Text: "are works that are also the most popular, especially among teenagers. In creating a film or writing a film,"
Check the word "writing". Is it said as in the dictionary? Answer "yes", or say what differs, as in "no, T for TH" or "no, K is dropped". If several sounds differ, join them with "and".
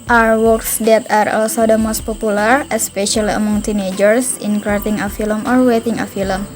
no, W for R